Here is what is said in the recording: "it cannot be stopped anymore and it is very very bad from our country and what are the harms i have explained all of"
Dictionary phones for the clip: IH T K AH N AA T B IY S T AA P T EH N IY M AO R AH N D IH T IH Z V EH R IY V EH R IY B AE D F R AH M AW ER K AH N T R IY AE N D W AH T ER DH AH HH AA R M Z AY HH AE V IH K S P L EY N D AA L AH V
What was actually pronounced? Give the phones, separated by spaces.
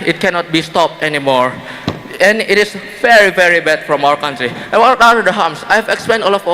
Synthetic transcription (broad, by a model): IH T K AH N AA T B IY S T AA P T EH N IY M AO R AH N IH T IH S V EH R IY V EH R IY B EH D F R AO M AW ER K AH N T R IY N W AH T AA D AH HH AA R M S AY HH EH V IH K S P EY N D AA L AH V